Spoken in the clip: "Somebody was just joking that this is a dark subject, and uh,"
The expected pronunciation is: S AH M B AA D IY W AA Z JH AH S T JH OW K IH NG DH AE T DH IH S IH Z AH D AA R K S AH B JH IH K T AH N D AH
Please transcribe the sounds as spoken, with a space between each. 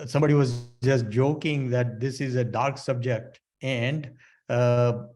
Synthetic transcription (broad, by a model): S AH M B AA D IY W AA Z JH AH S T JH OW K IH NG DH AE T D IH S IH Z AH D AA R K S AH B JH IH K T AH N D